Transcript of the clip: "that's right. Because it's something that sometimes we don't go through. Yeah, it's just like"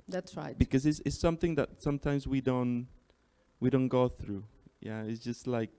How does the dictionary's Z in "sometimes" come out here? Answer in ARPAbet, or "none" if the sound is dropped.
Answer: Z